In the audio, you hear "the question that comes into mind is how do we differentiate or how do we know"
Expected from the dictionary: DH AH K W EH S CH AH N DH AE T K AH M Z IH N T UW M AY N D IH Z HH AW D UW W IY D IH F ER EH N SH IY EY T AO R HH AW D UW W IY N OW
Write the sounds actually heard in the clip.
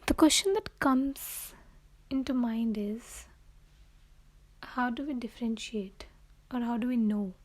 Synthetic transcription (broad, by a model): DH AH K W EH S CH AH N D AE T K AH M Z IH N T UW M AY N D IH Z HH AW D UW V IY D IH F ER EH N SH IY EY T AO R HH AW D UW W IY N OW